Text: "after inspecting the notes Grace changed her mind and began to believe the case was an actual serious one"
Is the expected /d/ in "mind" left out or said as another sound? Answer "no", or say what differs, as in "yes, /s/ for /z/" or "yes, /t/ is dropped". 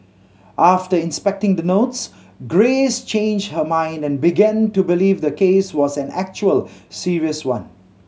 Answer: no